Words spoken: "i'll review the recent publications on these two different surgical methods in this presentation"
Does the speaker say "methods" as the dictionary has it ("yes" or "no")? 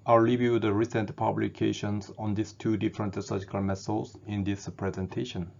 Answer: no